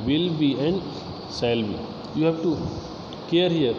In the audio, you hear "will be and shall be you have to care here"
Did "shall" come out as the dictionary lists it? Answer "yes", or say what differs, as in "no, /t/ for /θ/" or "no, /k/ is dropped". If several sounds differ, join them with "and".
no, /s/ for /ʃ/